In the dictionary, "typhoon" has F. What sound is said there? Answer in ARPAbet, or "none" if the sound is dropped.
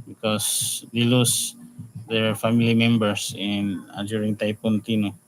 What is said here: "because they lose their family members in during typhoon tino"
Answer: P